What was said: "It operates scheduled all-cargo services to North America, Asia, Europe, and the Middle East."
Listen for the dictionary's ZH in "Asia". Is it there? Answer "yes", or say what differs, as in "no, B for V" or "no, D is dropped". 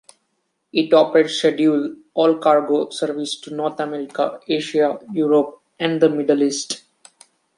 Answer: no, SH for ZH